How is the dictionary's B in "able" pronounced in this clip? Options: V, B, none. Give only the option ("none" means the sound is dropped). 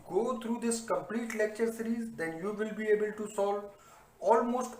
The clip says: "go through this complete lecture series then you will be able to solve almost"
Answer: B